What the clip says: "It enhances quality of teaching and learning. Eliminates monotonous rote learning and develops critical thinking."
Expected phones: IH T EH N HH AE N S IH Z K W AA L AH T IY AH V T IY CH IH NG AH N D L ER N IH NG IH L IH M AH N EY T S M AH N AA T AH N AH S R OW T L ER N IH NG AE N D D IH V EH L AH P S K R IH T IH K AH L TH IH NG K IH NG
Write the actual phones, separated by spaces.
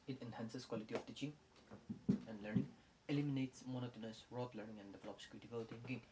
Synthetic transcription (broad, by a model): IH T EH N HH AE N S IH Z K W AA L AH T IY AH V T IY CH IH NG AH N D L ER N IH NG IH L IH M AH N EY T S M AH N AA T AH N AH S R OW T L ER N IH NG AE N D D IH V EH L AH P S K IH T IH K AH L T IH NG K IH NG